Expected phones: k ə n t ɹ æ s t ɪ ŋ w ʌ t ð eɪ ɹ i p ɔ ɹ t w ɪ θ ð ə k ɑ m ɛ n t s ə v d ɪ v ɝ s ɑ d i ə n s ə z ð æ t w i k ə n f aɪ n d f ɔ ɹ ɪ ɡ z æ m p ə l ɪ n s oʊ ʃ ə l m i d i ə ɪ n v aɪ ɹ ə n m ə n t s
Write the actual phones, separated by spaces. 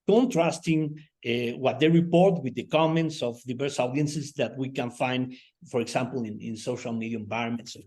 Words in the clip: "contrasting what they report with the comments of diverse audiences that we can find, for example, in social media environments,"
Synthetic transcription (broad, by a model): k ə n t ɹ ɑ s t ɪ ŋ w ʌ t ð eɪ ɹ i p ɔ ɹ t w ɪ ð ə k ɑ m ɛ n t s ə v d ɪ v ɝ s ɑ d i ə n s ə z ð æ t w i k ə n f aɪ n d f ɔ ɹ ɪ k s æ m p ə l ɪ n s oʊ ʃ ə l m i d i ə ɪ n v aɪ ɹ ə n m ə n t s